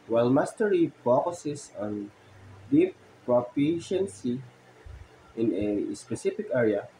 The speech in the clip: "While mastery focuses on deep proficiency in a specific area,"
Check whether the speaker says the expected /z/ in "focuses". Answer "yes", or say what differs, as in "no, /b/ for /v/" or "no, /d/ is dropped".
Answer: no, /s/ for /z/